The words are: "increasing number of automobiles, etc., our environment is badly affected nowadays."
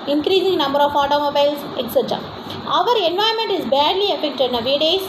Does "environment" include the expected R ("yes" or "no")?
no